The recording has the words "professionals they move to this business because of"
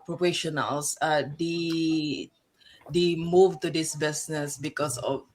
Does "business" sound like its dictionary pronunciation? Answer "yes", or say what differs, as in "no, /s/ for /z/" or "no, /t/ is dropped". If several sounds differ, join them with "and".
no, /s/ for /z/